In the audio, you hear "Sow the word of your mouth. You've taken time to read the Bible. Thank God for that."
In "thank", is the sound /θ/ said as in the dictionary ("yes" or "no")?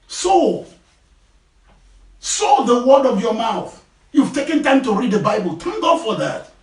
no